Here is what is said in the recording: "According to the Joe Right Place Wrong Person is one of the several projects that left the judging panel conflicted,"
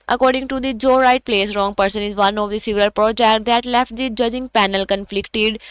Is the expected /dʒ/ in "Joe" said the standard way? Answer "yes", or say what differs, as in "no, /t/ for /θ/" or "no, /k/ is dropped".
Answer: yes